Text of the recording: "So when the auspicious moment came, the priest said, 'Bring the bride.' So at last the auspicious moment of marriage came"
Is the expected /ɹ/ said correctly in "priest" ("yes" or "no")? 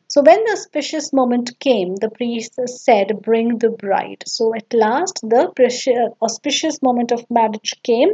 yes